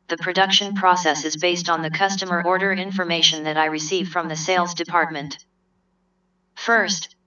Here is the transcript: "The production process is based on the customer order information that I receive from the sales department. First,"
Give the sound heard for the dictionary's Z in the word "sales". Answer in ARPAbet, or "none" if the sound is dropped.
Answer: Z